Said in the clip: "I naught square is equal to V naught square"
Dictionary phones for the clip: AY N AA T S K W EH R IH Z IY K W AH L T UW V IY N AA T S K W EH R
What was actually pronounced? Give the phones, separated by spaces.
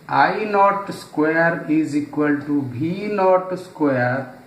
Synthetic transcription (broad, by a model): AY N AA T S K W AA R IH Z IY K W AH L T UW B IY N AA T S K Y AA R